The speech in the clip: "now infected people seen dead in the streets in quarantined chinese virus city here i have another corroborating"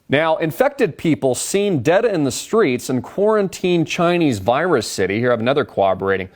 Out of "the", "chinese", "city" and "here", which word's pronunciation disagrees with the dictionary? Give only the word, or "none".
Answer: none